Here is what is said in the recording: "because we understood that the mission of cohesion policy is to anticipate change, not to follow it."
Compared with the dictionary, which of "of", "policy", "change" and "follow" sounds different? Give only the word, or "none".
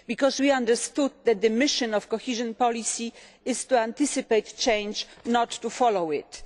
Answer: of